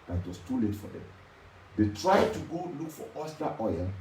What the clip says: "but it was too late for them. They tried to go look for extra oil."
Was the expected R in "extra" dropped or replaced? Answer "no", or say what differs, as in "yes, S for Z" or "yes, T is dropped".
yes, R is dropped